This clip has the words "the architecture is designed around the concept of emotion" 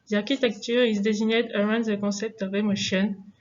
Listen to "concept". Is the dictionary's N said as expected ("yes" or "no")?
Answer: no